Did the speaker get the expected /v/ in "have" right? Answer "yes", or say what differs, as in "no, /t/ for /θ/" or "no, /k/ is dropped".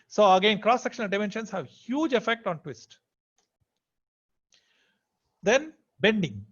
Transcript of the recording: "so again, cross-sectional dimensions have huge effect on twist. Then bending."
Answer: yes